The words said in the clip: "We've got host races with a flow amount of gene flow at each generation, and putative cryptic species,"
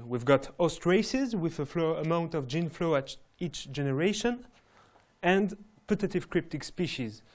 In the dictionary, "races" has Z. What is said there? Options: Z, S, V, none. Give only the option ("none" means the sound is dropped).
Z